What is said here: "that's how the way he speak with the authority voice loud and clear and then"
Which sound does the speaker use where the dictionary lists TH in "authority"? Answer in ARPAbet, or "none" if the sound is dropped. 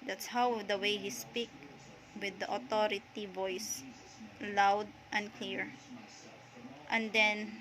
T